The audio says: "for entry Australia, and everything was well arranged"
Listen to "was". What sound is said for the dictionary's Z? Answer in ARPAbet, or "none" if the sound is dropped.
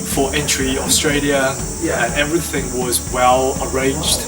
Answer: Z